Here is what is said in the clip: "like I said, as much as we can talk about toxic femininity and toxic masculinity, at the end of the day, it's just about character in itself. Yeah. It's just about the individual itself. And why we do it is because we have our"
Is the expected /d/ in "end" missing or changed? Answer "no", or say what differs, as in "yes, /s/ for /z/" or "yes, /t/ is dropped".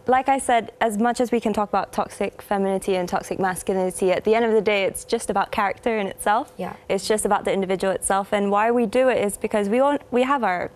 no